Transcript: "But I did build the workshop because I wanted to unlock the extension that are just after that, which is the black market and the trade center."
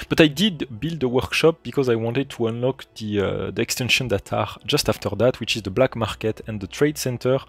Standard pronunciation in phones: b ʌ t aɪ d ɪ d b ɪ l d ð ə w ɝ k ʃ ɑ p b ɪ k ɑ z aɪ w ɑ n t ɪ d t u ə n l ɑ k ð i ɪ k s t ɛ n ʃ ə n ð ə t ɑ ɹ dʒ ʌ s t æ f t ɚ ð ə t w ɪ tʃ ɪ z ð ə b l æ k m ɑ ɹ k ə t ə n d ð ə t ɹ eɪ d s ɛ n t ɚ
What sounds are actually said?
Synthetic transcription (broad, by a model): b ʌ t aɪ d ɪ d b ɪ l d ð ə w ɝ k ʃ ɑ p b ɪ k ɑ z aɪ w ɑ n t ɪ d t u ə n l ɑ k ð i ɪ k s t ɛ n ʃ ə n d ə t ɑ ɹ dʒ ʌ s t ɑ f t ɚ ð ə t w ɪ tʃ ɪ z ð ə b l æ k m ɑ ɹ k ə t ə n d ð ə t ɹ eɪ d s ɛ n t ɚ